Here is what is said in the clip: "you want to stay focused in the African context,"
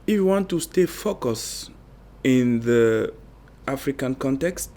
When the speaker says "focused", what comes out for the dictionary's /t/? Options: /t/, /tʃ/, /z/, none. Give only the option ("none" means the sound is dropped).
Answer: none